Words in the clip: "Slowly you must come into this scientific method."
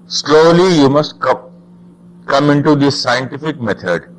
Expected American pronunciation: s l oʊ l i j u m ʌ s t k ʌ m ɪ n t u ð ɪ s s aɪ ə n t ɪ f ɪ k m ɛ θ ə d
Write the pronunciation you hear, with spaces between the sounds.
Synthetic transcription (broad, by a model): s l oʊ l i j u m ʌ s t k ʌ m ɪ n t u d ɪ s s aɪ ə n t ɪ f ɪ k m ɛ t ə d